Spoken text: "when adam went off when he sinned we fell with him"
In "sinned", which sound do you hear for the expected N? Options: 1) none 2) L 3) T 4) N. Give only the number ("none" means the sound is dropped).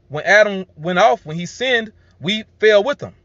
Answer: 4